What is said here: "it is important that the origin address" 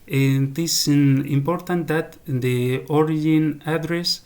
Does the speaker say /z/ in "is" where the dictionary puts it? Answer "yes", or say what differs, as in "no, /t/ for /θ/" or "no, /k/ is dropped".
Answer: no, /s/ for /z/